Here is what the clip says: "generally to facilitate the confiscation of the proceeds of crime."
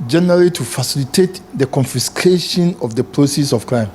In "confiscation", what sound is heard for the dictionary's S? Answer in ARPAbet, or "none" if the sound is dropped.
S